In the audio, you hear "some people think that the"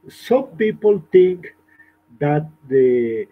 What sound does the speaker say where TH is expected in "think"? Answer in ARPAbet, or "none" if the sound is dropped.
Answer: T